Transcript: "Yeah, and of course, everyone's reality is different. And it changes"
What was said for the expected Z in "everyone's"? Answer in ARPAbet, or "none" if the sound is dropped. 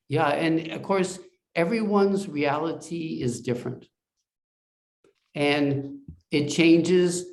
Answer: Z